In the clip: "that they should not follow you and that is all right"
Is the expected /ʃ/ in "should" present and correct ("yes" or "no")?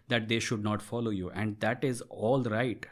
yes